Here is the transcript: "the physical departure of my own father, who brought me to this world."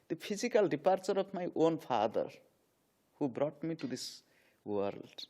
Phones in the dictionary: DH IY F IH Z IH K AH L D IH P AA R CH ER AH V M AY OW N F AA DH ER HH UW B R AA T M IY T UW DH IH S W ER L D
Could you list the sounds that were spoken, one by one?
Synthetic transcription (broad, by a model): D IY P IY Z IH K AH L D IH P AA R CH ER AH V M AY OW N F AA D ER HH UW B R AA T M IY T UW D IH S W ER L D